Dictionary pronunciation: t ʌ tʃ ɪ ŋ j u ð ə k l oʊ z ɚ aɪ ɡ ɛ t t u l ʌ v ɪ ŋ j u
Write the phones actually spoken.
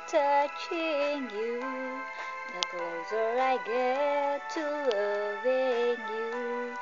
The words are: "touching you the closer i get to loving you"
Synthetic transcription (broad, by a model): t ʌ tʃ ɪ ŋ j u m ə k oʊ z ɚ aɪ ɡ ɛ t t u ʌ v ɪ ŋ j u